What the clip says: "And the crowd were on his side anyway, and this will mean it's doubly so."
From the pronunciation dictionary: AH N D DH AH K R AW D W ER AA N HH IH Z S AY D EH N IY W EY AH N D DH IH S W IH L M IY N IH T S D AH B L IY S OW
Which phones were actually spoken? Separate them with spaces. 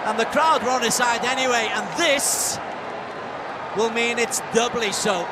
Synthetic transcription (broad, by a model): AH N DH AH K R AW D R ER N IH S AY D EH N IY W EY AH N DH IH S W IH L M IY N IH T S D AH B L IY S OW